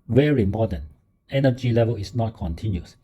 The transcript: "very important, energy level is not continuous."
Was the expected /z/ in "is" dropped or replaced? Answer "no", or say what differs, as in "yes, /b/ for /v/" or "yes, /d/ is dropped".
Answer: yes, /s/ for /z/